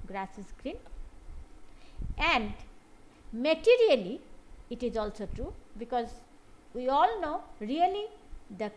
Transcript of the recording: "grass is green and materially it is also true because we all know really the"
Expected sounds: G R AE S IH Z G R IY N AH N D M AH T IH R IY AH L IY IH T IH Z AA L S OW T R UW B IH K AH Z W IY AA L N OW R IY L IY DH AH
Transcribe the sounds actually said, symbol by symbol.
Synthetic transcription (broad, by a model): G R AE S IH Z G R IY N AH N D M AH T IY R IY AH L IY T IH Z AA L S OW T R UW B IH K AH Z W IY AA L N OW R IY L IY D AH